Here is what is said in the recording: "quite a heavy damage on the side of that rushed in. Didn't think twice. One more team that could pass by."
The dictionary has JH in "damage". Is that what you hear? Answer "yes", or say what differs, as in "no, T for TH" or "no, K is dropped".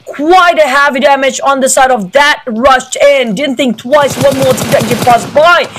yes